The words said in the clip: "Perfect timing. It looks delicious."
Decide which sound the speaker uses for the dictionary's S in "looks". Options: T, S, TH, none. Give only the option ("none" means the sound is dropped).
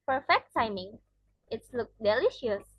none